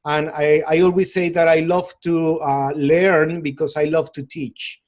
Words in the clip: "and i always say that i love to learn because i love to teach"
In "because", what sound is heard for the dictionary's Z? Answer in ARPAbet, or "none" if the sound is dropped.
S